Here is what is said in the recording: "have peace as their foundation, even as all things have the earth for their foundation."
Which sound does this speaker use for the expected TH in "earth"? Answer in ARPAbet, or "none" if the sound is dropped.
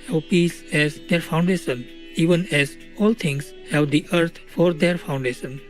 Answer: T